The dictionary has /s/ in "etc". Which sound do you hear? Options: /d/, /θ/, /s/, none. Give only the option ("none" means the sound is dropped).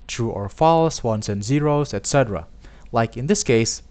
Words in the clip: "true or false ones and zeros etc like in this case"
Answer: /s/